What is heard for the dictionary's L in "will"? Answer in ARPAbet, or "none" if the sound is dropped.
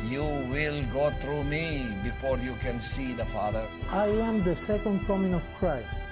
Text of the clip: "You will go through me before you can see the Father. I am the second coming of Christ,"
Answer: L